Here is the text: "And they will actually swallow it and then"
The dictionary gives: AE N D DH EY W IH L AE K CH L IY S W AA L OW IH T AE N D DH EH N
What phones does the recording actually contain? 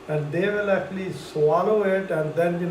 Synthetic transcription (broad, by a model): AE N D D EY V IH L AE K CH L IY S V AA L OW IH T AE N D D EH N